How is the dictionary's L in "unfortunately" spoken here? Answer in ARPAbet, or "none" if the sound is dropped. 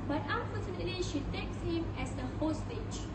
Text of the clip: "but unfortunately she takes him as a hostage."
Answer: none